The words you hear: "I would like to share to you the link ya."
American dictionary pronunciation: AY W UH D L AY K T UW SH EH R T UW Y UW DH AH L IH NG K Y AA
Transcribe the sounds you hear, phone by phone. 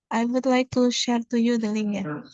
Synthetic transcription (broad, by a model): AY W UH D L AY K T UW SH EH R T UW Y UW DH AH L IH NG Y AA